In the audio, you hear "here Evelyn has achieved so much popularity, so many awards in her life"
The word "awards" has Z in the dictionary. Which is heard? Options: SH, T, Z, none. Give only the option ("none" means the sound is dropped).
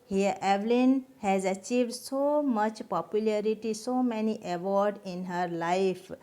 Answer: none